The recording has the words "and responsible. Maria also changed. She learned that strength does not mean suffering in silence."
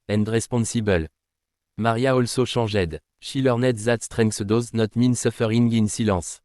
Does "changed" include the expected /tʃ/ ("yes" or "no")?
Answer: no